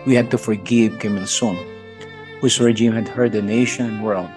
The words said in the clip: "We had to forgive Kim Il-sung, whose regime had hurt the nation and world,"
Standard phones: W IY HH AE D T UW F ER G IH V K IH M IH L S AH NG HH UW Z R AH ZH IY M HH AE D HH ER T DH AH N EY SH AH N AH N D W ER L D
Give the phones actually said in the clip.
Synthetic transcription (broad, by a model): W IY HH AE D T UW F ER G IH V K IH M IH N S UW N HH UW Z R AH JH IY M HH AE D HH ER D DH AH N EY SH AH N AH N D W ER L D